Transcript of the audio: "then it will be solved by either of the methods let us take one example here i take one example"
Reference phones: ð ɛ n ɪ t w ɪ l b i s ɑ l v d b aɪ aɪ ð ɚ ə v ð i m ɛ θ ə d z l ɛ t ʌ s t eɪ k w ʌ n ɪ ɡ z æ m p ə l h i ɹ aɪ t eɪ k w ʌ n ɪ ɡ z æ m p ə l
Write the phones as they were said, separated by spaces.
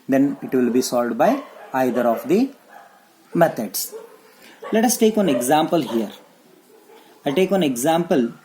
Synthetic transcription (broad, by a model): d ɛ n ɪ t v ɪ l b i s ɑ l d b aɪ aɪ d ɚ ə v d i m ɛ t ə d s l ɛ t ʌ s t eɪ k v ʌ n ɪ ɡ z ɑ m p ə l h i ɹ aɪ t eɪ k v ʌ n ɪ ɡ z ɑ m p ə l